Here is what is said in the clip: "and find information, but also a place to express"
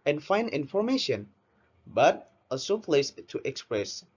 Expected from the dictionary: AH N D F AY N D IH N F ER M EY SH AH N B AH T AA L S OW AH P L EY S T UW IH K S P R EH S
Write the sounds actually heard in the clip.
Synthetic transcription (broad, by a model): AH N F AY N D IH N F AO M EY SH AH N B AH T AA S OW AH P L EY S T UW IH K S P R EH S